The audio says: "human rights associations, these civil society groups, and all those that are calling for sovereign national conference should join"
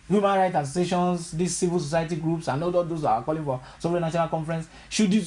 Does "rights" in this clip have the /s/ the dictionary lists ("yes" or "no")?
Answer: no